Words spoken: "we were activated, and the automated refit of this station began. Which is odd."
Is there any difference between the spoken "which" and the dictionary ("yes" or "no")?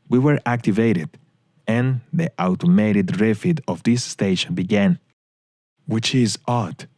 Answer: no